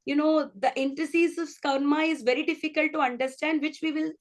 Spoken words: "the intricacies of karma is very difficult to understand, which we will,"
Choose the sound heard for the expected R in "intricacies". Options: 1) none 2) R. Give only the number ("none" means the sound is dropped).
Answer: 1